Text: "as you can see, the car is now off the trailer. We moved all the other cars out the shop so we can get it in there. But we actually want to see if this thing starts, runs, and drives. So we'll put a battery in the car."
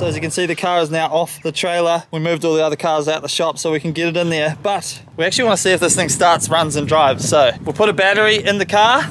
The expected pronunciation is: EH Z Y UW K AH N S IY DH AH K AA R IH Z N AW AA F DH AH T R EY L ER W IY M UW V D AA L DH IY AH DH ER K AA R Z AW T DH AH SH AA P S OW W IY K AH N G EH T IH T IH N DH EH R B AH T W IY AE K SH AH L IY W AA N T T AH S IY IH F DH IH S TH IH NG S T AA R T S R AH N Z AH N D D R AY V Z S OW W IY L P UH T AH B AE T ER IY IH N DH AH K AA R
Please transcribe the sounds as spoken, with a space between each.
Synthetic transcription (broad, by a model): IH Z Y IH K AH N S IY DH AH K AA R Z N AW AA F DH AH T R EY L ER W IY M UW V D AA L DH IY AH DH ER K AA R Z AW T DH AH SH AA P S OW W IY K AH N G EH T IH T IH N DH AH R B AH T W IY AE K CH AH L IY W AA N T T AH S IY IH F DH IH S TH IH NG S T AA R T S R AH N Z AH N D D R AY V Z S OW W IY L P UH T AH B AE T ER IY IH N DH AH K AA R